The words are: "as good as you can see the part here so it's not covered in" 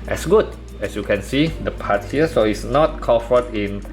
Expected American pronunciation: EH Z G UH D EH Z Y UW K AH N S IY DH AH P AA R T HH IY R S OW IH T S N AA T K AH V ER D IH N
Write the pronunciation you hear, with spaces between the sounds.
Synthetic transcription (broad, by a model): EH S G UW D EH S Y UW K AH N S IY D AH P AA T HH IY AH S OW IH T S N AA T K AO F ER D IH N